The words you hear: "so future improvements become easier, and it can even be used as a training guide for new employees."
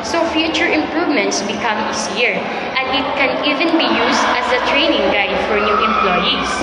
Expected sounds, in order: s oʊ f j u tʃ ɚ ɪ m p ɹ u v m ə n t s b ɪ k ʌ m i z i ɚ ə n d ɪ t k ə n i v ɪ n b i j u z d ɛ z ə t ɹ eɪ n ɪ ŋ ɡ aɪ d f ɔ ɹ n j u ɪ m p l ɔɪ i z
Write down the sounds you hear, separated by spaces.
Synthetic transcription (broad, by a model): s oʊ f j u tʃ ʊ ɪ m p ɹ u v m ə n t s b ɪ k ʌ m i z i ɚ ə n d ɪ t k ə n i v ɪ n b i j u s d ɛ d ə t ɹ eɪ n ɪ ŋ ɡ aɪ d f ɔ ɹ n j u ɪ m p l ɔɪ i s